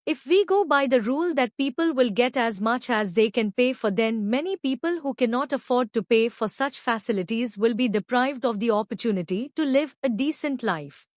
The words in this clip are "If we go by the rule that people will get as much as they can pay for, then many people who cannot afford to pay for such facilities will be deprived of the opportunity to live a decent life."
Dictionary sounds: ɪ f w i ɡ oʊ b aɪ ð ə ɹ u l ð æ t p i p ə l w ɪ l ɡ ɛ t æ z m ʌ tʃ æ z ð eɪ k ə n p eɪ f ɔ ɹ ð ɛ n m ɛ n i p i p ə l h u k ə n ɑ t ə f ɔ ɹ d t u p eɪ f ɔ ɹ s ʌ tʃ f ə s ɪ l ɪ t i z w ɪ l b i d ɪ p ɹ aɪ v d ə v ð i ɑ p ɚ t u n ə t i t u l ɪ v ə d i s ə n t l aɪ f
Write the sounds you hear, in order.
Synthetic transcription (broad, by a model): ɪ f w i ɡ oʊ b aɪ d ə ɹ u l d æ t p i p ə l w ɪ l ɡ ɛ t æ z m ʌ tʃ æ z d eɪ k ə n p eɪ f ɔ ɹ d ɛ n m ɛ n i p i p ə l h u k ə n ɑ t ə f ɔ ɹ d t u p eɪ f ɔ ɹ s ʌ tʃ f ə s ɪ l ɪ t i z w ɪ l b i d ɪ p ɹ aɪ v d ə v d i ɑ p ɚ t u n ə t i t u l ɪ v ə d i s ə n t l aɪ f